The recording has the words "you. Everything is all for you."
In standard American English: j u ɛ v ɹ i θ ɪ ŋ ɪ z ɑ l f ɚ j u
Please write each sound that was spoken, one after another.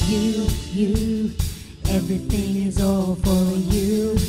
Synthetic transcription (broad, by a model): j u ɛ v ɹ i θ ɪ ŋ ɪ z ɑ l f ɚ j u